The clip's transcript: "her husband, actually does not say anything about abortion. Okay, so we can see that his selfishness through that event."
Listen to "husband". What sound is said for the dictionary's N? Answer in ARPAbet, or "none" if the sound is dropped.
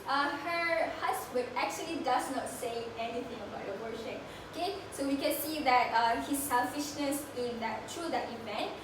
none